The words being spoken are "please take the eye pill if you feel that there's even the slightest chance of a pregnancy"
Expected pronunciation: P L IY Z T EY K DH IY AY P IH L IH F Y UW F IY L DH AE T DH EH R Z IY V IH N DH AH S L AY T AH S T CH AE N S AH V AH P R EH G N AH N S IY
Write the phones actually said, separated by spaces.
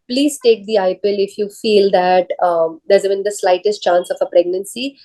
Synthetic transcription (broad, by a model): P L IY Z T EY K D IY AY P IH L IH F Y UW F IY L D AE T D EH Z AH B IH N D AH S L AY T AH S T CH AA N S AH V AH P R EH G N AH N S IY